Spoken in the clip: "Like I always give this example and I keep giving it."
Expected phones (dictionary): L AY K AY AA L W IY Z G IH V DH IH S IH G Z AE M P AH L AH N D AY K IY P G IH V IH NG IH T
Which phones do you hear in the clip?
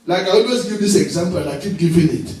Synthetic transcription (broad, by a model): L AY K AY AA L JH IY S G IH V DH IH S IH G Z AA M P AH L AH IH K IY P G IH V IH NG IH T